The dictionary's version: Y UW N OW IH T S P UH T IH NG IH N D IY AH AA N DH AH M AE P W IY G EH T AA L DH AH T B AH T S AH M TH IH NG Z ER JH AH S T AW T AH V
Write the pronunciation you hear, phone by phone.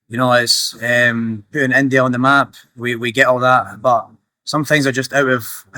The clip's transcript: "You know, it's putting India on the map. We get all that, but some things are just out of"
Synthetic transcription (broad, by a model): Y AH N OW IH T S P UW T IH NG IH N D IY AH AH N DH AH M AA P W IY G EH T AA L DH AH T B AH T S AH M TH IH NG Z ER JH AH S T AW T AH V